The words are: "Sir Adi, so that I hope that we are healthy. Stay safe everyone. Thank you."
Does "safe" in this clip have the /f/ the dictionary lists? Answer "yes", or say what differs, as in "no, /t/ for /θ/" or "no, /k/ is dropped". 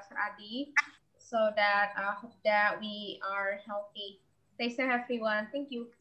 no, /f/ is dropped